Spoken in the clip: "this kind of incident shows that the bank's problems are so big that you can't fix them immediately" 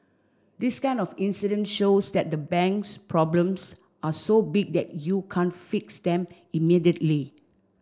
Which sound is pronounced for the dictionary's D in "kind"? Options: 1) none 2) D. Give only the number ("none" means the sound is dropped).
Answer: 1